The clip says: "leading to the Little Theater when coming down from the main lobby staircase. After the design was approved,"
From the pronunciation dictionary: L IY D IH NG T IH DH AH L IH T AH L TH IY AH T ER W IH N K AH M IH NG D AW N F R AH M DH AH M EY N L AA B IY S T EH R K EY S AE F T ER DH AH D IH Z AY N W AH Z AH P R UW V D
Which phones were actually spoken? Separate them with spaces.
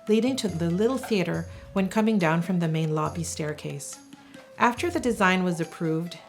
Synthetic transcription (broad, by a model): L IY D IH NG T IH DH AH L IH T L TH IY AH T ER W IH N K AH M IH NG D AW N F R AH M DH AH M EY N L AA B IY S T EH R K EY S AE F T ER DH AH D IH Z AY N W AH Z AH P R UW V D